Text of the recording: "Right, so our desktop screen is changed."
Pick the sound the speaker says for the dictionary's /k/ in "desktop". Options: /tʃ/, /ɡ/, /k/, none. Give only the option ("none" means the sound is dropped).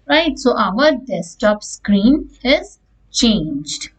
none